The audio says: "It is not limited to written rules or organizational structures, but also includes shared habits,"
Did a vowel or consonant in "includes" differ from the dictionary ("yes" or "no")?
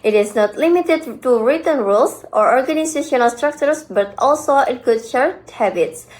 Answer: yes